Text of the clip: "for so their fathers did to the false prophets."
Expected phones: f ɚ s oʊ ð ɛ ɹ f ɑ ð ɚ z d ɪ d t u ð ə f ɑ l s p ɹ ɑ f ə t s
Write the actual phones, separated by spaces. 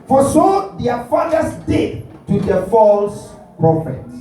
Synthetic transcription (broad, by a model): f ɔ s oʊ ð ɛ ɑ f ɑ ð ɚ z d ɪ d t u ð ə f ɑ l s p ɹ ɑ f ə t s